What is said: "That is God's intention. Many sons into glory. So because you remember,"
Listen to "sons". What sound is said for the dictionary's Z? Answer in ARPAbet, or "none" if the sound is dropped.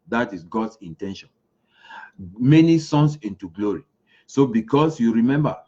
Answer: S